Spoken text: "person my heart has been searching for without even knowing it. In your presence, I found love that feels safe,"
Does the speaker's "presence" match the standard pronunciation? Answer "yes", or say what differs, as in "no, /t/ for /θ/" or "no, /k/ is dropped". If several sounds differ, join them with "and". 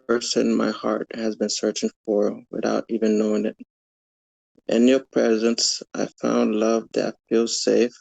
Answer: yes